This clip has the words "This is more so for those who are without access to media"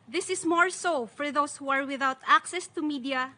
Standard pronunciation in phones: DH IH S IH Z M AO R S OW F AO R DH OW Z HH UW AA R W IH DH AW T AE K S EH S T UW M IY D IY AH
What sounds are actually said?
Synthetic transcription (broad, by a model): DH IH S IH S M AO R S OW F AO R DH OW S HH UW AA R W IH DH AW T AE K S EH S T UW M IY D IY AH